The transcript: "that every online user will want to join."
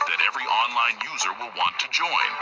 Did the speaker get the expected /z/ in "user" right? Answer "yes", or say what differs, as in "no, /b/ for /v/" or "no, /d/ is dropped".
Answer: yes